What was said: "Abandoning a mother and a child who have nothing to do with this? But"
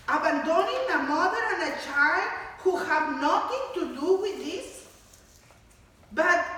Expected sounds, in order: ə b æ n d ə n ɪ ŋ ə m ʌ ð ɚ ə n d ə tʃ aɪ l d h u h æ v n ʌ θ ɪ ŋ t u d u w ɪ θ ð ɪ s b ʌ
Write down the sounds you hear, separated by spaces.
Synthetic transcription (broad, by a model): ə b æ n d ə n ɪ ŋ ə m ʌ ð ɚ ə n ə tʃ aɪ l d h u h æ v n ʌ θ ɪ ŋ t u d u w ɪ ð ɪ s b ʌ